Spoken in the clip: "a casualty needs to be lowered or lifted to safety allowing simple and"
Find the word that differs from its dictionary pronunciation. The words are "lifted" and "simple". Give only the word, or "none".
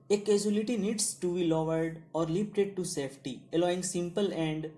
lifted